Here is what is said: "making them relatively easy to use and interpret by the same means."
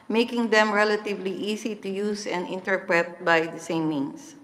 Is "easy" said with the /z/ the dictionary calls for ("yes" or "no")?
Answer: no